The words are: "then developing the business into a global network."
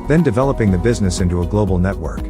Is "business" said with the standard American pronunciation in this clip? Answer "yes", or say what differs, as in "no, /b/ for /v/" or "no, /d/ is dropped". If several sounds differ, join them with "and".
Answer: yes